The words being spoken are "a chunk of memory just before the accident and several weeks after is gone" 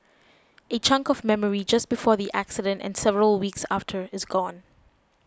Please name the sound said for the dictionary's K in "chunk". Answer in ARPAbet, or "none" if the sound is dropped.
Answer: K